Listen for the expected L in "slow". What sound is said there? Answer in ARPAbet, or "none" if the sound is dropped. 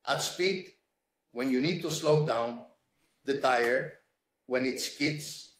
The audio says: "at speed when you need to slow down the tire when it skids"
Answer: L